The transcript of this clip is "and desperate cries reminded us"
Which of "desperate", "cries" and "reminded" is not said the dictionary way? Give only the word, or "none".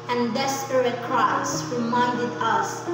cries